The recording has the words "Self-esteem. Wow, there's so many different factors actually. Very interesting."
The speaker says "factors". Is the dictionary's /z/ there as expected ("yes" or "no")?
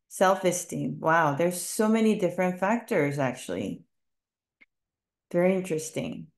yes